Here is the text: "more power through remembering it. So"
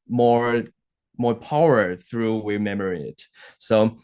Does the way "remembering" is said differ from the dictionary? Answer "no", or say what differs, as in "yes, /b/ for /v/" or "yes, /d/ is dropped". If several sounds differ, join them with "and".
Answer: yes, /w/ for /ɹ/ and /b/ is dropped